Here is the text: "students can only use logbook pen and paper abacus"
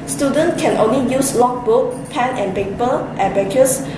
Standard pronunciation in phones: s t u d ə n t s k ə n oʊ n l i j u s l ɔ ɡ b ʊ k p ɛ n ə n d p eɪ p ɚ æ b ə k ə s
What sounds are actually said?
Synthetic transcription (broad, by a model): s t u d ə n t k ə n oʊ n l i j u s l ɔ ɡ b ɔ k p ɛ n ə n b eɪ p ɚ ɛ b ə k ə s